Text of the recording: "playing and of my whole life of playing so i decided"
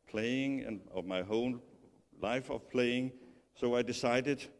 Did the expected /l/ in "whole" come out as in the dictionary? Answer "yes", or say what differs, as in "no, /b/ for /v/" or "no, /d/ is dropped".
no, /n/ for /l/